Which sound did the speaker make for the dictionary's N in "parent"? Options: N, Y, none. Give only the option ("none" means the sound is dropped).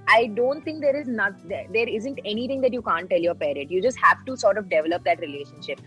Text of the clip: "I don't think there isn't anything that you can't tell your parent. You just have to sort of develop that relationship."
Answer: none